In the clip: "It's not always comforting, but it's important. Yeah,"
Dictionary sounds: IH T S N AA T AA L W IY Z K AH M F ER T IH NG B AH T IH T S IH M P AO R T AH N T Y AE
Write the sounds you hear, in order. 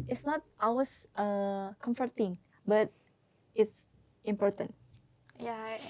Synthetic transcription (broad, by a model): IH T S N AA T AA W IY S K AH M F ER T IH NG B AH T IH T S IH M P AO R T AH N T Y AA